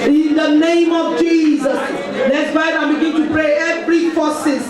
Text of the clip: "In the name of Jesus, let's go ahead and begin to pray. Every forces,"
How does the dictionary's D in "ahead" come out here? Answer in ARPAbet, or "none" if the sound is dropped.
none